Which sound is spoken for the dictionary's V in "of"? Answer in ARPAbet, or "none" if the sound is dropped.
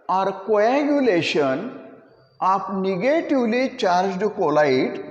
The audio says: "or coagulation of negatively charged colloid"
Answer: P